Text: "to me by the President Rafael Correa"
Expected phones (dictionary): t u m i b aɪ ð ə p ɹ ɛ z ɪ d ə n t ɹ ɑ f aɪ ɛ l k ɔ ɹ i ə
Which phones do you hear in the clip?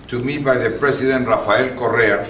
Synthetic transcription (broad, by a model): t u m i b aɪ ð ə p ɹ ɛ s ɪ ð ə n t ɹ ɑ f aɪ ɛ l k ɔ ɹ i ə